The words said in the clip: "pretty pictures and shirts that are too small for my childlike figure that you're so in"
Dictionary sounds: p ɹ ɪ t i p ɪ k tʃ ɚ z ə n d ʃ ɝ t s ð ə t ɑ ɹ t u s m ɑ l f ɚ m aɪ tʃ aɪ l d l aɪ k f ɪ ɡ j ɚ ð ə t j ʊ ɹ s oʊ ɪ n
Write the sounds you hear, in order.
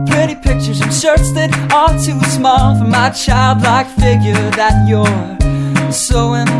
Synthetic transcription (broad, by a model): p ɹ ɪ t i p ɪ k tʃ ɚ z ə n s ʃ ɝ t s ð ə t ɑ l t u s m ɑ l f ɚ m aɪ tʃ aɪ l d l aɪ k f ɪ ɡ j ɚ ð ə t j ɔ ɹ s oʊ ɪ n